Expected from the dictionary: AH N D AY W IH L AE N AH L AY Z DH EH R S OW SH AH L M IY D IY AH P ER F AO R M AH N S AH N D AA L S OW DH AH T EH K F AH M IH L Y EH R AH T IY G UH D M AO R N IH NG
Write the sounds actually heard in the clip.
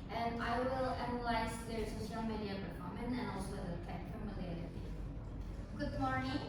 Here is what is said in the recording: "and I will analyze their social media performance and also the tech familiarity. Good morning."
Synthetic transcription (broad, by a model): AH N AY W IH L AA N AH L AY S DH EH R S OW AH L M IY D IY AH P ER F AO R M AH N AH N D AA L S OW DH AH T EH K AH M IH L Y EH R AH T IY G UH D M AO R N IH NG